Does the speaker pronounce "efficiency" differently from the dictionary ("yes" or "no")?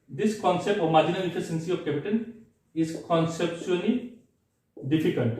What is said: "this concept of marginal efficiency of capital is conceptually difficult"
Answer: yes